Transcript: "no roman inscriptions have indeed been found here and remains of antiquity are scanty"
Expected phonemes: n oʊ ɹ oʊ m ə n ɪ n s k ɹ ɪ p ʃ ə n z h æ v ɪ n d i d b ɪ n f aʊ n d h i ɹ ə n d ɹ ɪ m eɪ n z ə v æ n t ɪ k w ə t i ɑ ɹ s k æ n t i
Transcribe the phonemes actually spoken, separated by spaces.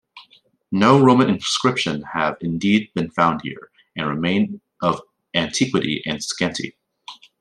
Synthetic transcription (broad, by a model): n oʊ ɹ oʊ m ə n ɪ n s k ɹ ɪ p ʃ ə n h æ v ɪ n d i d b ɪ n f aʊ n d h i ɹ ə n ɹ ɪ m eɪ n ə v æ n t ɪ k w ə t i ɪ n s k æ n t i